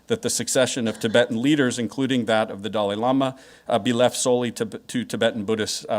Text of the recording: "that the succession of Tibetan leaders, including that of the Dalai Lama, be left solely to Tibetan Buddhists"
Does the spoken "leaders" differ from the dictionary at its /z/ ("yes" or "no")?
no